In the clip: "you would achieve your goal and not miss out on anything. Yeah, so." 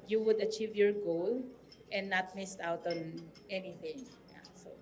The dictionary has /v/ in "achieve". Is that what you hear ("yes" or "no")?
yes